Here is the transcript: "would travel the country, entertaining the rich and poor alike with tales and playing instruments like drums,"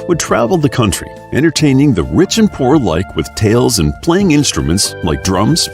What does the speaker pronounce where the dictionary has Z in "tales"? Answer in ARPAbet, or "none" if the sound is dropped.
Z